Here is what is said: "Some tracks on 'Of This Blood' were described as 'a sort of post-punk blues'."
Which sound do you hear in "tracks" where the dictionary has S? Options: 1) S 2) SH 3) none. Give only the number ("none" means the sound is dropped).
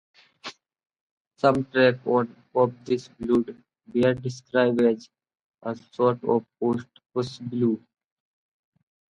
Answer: 3